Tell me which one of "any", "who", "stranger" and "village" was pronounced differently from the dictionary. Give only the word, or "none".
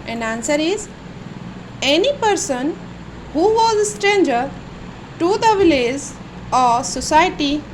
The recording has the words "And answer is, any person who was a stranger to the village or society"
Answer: village